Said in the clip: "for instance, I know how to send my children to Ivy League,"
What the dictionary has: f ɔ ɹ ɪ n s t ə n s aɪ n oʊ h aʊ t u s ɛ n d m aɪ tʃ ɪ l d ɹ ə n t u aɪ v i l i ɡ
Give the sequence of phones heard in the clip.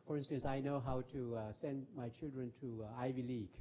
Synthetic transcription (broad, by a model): f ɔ ɹ ɪ n s t ə n s aɪ n oʊ h aʊ t u s ɛ n d m aɪ tʃ ɪ l d ɹ ə n t u aɪ v i l i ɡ